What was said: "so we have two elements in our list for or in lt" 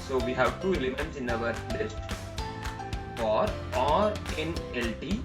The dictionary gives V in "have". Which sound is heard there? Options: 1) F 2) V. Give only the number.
2